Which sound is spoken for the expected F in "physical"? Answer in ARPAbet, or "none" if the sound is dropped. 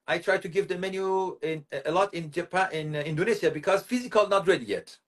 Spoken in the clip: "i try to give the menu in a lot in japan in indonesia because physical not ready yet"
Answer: F